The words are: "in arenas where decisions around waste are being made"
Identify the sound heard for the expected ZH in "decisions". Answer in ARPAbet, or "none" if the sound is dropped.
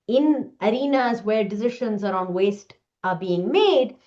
SH